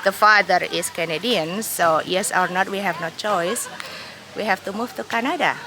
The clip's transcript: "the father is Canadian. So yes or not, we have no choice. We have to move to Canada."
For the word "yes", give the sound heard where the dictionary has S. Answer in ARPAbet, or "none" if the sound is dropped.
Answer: S